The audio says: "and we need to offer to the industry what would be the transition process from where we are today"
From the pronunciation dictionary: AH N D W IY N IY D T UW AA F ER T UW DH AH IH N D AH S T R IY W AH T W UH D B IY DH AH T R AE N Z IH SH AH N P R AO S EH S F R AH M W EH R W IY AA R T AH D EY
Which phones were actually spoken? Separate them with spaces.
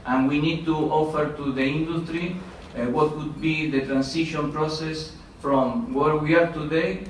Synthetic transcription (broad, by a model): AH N W IY N IY D T UW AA F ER T UW DH AH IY N D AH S T R IY W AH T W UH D B IY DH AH T R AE N S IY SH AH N P R AO S EH S F R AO M W EH R W IY AA R T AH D EY